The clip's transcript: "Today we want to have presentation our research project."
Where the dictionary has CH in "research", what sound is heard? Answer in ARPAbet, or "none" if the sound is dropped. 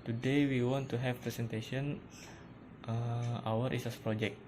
S